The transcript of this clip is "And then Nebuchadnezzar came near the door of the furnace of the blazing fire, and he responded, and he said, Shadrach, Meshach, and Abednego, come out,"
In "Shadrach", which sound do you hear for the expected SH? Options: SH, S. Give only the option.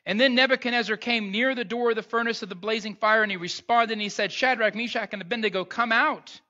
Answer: SH